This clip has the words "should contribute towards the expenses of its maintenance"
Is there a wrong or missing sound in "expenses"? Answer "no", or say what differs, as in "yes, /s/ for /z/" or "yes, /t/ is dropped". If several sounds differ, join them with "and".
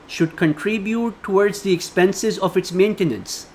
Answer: no